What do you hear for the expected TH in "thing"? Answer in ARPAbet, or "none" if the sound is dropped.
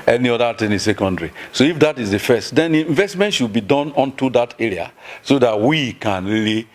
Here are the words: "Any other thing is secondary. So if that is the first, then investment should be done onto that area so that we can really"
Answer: T